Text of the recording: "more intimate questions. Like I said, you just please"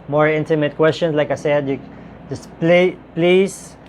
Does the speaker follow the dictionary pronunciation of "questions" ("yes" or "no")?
no